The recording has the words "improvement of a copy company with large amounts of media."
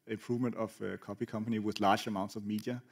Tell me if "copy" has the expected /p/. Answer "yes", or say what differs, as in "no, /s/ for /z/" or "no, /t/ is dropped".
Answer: yes